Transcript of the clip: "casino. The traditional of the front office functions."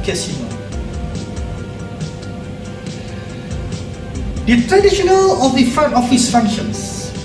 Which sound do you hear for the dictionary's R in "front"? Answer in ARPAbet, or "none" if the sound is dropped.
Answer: none